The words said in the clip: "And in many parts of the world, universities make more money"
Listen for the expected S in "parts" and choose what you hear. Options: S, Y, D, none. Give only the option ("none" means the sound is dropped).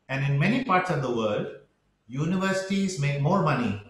S